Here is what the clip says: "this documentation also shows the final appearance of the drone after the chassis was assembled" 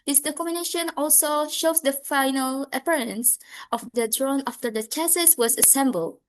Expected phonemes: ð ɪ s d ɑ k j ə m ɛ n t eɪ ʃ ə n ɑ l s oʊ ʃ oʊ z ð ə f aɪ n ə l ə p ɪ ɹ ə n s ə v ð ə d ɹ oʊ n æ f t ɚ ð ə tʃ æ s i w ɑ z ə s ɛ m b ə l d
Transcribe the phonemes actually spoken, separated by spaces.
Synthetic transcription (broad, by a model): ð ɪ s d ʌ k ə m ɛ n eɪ ʃ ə n ɑ l s oʊ ʃ oʊ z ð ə f aɪ n ə l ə p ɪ ɹ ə n s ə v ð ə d ɹ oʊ n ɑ f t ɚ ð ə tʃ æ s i w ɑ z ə s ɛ m b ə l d